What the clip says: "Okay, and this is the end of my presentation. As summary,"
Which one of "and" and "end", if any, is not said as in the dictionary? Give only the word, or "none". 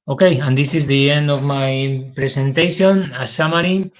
end